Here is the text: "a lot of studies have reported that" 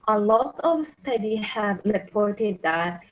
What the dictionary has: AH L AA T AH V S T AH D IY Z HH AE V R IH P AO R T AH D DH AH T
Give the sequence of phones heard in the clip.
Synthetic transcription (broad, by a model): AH L AA T AH V S T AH D IY HH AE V R IH P AO R T AH D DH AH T